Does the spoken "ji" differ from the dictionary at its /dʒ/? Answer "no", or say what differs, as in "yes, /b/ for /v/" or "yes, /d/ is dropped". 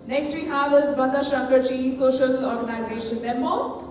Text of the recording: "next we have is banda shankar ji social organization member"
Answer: yes, /tʃ/ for /dʒ/